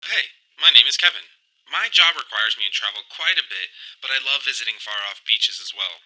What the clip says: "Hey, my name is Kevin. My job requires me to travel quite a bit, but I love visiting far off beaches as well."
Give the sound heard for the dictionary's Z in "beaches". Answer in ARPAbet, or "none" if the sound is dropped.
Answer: Z